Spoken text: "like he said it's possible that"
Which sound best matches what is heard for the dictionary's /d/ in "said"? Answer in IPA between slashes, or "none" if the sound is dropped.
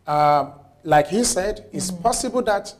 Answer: /d/